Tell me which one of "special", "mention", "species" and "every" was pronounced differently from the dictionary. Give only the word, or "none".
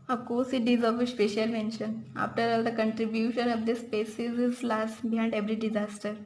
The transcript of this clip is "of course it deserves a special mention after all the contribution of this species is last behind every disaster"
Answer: species